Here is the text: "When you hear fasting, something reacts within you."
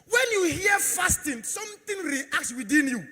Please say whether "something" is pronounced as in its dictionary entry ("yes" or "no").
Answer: no